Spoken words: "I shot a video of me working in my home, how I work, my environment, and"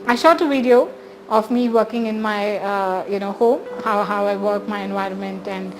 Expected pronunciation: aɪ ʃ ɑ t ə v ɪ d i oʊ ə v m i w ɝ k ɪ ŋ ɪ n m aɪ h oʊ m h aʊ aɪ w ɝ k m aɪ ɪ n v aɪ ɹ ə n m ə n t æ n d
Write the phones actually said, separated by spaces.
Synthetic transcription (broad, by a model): aɪ ʃ ɑ t ə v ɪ d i oʊ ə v m i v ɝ k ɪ ŋ ɪ n m aɪ h oʊ m h aʊ aɪ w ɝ k m aɪ ɪ n v aɪ ɹ ə n m ə n t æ n d